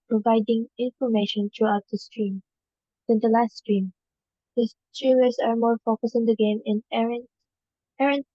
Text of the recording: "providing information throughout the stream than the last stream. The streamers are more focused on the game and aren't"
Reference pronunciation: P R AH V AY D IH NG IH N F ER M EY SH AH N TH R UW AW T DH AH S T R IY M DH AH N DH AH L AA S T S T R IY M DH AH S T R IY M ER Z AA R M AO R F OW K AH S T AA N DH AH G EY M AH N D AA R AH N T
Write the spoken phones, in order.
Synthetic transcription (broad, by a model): P R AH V AY D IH NG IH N F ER M EY SH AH N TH R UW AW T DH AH S T R IY M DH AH N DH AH L AA S T S T R IY M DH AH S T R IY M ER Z AA R M AO R F OW K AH S IH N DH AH G EY M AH N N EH R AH N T